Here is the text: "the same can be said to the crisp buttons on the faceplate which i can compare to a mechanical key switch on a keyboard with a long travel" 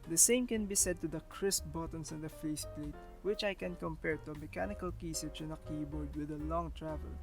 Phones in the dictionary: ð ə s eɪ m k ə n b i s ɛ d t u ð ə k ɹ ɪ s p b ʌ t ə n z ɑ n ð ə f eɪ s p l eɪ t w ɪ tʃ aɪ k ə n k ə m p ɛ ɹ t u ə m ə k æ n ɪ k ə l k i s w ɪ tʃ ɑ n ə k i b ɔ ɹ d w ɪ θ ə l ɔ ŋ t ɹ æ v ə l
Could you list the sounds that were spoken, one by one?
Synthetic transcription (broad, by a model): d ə s eɪ m k ə n b i s ɛ d t u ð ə k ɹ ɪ s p b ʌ t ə n s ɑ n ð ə f eɪ s p l eɪ t w ɪ tʃ aɪ k ə n k ə m p ɛ ɹ t u ə m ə k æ n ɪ k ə l k i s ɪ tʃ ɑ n ə k i b ɔ ɹ d w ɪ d ə l ɔ ŋ t ɹ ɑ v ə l